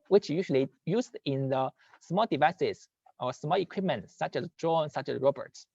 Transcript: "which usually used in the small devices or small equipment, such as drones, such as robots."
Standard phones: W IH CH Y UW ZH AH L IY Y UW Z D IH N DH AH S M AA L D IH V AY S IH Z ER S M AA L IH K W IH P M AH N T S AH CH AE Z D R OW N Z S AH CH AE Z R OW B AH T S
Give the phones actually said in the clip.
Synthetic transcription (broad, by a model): W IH CH Y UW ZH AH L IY Y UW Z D IH N DH AH S M AA L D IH V AY S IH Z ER S M AA L IH K W IH P M AH N T S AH CH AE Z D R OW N S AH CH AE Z R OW B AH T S